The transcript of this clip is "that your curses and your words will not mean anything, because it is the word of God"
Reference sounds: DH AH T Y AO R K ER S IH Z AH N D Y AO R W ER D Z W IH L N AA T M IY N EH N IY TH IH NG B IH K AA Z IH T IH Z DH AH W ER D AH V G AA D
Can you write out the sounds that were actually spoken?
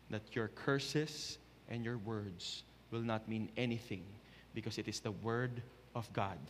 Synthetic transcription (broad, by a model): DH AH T Y AO R K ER S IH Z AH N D Y AO R W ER D S W IH L N AA T M IY N EH N IY TH IH NG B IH K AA S IH T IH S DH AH W ER D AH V G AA D